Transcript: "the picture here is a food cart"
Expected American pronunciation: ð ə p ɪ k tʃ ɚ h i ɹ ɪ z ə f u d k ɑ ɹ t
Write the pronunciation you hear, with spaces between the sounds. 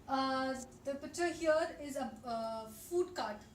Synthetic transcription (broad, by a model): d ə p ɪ tʃ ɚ h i ɹ ɪ z ə f u d k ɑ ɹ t